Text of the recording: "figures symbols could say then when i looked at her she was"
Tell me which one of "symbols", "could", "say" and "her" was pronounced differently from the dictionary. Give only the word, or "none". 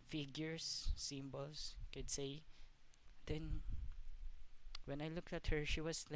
symbols